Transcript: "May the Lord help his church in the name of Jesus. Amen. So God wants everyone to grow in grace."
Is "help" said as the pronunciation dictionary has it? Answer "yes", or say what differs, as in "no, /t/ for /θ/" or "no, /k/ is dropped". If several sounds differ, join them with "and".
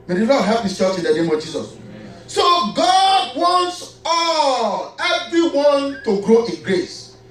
no, /l/ is dropped